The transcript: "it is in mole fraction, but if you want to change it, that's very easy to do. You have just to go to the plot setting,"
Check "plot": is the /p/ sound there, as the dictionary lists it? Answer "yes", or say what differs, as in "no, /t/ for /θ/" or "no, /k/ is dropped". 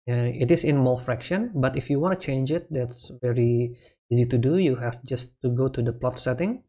yes